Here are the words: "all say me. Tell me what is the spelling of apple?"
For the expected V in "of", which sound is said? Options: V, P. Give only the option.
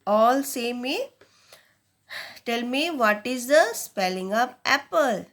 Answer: P